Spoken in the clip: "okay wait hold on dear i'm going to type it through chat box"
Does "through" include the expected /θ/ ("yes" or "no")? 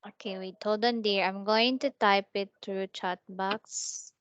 no